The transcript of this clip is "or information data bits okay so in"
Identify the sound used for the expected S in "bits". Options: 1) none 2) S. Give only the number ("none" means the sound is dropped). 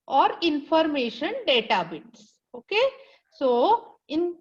2